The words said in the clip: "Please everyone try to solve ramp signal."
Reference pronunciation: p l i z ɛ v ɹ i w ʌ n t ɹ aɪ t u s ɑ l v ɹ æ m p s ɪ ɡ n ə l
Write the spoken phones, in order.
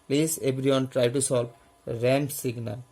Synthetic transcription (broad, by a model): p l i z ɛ b ɹ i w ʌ n t ɹ aɪ t u s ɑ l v ɹ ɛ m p s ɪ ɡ n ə